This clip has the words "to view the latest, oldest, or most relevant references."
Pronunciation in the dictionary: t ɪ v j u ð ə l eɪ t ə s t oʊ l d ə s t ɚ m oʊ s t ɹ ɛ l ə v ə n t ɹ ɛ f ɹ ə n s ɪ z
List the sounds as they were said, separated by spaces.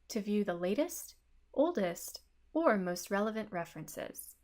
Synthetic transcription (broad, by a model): t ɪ v j u ð ə l eɪ t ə s t oʊ l d ə s t ɚ m oʊ s t ɹ ɛ l ə v ə n t ɹ ɛ f ɹ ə n s ɪ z